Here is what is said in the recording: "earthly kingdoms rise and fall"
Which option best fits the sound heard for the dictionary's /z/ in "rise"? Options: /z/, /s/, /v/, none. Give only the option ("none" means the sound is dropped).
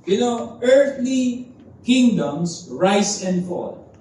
/s/